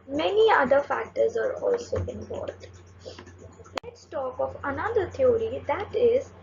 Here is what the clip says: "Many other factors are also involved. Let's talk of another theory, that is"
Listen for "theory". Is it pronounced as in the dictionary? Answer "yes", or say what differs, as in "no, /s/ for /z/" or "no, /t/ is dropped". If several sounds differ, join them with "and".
no, /t/ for /θ/